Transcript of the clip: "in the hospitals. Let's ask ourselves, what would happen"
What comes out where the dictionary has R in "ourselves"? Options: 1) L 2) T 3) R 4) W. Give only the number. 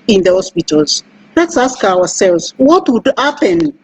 4